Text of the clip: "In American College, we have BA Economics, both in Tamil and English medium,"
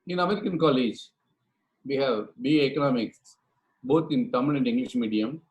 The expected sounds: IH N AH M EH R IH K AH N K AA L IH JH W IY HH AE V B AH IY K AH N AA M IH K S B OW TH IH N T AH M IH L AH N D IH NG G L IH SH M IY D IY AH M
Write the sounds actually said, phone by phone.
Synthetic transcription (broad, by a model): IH N AH M EH R IH K AH N K AA L IH JH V IY HH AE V B AH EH K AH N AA M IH K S B OW T IH N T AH M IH N AH N D IH NG G L IH SH M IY D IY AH M